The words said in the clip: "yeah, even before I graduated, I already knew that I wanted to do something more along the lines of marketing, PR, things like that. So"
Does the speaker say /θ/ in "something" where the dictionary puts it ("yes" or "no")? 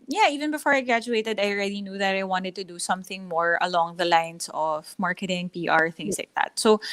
yes